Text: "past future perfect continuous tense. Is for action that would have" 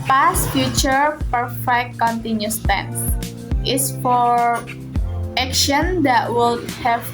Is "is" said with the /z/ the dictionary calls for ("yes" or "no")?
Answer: no